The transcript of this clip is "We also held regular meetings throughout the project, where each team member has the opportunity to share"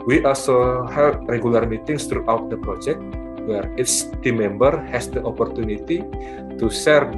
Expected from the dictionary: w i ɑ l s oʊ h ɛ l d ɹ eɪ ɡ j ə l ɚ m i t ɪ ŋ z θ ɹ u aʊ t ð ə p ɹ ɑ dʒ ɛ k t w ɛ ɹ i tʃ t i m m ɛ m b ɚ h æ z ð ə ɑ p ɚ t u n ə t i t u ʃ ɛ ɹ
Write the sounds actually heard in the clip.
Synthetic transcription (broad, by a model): w i ɑ l s oʊ h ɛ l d ɹ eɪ ɡ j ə l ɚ m i t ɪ ŋ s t ɹ u aʊ t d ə p ɹ ɑ dʒ ɛ k t w ɛ ɹ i s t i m m ɛ m b ɚ h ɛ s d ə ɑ p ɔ t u n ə t i t u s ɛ ɹ